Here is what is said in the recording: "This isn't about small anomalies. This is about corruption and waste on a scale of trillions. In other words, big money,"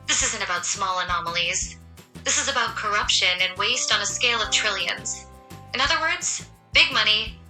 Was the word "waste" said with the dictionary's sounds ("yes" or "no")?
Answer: yes